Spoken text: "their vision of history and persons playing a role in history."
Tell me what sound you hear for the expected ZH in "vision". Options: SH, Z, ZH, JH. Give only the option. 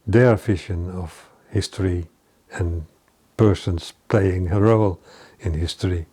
SH